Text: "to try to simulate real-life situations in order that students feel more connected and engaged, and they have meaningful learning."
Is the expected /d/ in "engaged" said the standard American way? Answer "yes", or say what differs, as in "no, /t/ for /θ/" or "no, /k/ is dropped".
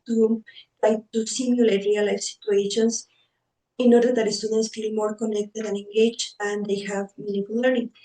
no, /d/ is dropped